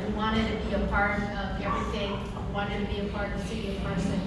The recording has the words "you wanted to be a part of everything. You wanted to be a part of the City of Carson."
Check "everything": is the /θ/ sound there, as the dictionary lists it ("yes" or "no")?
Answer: no